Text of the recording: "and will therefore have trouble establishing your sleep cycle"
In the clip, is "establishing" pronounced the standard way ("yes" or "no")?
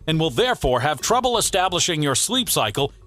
yes